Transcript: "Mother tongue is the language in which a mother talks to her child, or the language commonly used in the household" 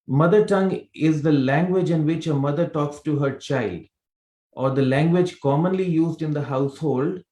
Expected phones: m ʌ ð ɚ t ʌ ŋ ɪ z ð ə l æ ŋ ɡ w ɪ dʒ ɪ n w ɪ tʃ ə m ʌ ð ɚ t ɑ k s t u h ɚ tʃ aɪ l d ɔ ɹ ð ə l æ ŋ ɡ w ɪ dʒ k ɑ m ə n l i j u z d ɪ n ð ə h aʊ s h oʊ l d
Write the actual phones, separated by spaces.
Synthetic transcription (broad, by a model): m ʌ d ɚ t ʌ ŋ ɪ z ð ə l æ ŋ ɡ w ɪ dʒ ɪ n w ɪ tʃ ə m ʌ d ɚ t ɑ k s t u h ɚ tʃ aɪ l d ɔ ɹ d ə l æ ŋ ɡ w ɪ dʒ k ɑ m ə n l i j u z d ɪ n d ə h aʊ s h oʊ l d